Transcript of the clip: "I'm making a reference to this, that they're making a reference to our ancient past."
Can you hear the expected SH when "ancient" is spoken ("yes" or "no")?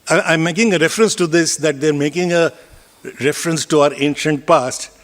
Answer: yes